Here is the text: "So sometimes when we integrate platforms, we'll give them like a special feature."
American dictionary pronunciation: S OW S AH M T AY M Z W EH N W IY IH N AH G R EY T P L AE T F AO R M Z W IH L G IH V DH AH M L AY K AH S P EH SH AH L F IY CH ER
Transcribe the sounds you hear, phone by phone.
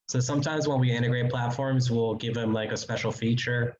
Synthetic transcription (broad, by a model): S OW S AH M T AY M Z W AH N W IY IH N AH G R EY T P L AE T F AO R M Z W IH L G IH V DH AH M L AY K AH S P EH SH L F IY CH ER